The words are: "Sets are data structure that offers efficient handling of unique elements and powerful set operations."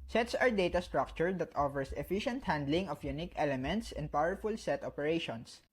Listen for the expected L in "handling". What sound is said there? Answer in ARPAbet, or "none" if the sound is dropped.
L